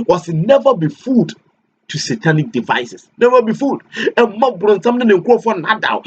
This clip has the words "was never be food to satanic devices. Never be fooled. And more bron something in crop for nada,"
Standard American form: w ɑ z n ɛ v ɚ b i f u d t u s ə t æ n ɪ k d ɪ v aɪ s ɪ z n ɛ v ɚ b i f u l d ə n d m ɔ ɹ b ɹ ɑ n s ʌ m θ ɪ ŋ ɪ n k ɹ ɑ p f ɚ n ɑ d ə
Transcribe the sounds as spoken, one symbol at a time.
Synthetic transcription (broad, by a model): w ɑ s n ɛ v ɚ b i f u d t u s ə t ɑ n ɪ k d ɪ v aɪ s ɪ s n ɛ v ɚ b i f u d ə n m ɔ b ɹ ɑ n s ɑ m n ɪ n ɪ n k ɑ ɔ f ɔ n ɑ d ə